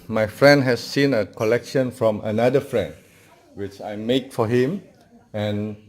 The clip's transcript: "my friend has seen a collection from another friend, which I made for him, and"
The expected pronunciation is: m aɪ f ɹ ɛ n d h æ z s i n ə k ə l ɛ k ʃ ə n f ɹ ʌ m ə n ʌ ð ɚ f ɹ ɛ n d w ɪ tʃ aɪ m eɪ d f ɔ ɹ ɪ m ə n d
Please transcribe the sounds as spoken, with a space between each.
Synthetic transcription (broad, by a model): m aɪ f ɹ ɛ n d h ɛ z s i n ə k ə l ɛ k ʃ ə n f ɹ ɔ m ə n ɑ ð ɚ f ɹ ɛ n d w ɪ tʃ aɪ m eɪ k f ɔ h ɪ m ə n